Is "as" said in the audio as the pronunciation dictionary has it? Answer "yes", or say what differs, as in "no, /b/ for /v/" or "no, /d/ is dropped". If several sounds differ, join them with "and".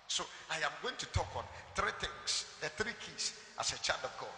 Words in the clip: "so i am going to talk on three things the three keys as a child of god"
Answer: no, /s/ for /z/